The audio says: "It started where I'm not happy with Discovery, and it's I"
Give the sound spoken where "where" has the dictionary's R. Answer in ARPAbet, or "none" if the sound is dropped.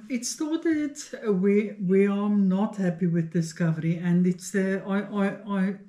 W